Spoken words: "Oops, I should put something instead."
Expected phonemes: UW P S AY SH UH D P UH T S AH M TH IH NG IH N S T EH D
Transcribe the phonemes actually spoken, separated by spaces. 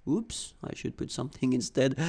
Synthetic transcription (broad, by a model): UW P S AY SH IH D P UH T S AH M TH IH NG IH N S T EH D